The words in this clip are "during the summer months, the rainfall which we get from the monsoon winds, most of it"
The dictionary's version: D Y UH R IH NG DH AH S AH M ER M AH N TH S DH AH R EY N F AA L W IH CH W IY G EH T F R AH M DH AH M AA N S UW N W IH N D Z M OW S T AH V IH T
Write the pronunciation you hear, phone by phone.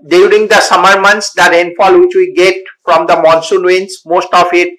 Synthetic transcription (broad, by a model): D Y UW R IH NG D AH S AH M ER M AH N T S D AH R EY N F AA L W IH CH W IY G EH T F R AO M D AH M AA N S UW N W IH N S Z M OW S T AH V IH T